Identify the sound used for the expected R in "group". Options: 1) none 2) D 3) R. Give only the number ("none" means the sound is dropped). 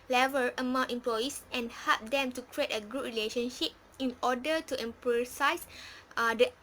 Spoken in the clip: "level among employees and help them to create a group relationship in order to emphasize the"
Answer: 1